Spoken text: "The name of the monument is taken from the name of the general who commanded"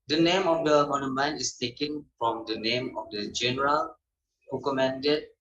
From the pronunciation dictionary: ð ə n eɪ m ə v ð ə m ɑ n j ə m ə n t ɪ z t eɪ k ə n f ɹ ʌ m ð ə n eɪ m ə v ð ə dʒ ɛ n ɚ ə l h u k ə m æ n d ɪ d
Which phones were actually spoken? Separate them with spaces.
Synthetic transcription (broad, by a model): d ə n eɪ m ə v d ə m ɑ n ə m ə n ɪ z t eɪ k ə n f ɹ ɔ m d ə n eɪ m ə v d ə dʒ ɛ n ɚ ə l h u k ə m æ n d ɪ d